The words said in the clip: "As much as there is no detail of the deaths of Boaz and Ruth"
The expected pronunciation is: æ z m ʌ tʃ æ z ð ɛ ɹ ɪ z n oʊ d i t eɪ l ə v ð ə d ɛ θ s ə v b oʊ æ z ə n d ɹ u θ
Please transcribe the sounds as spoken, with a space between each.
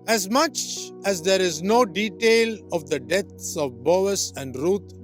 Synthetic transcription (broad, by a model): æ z m ʌ tʃ æ z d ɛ ɹ ɪ z n oʊ d i t eɪ l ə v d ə d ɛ t s ə v b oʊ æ s ə n d ɹ u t